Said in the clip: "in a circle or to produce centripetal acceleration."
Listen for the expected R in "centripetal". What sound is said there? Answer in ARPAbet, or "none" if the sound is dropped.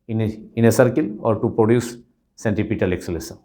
none